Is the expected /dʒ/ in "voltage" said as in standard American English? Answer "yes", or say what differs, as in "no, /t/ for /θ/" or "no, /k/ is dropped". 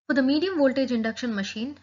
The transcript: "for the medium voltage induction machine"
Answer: yes